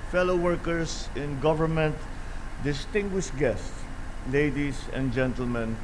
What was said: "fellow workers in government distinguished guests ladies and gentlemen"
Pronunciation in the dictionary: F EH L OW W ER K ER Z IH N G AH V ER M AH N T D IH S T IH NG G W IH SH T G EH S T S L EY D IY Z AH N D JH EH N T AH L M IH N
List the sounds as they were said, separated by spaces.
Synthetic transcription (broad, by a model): F EH L OW W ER K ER S IH N G AH V ER M AH N T D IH S T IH NG G W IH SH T G EH S T S L EY D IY S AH N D JH EH N T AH L M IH N